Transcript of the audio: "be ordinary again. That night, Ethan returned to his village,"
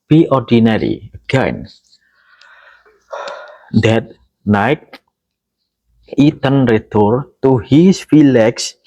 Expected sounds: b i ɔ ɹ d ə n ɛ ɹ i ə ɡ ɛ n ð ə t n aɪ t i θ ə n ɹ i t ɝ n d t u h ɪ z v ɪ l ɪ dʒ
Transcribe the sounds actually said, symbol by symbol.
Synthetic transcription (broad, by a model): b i ɔ ɹ d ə n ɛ ɹ i ə ɡ ɛ n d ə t n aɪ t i t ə n ɹ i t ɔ d t u h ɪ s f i l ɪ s